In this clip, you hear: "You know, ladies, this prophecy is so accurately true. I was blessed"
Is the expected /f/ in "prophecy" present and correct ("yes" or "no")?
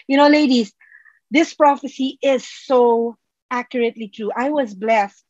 yes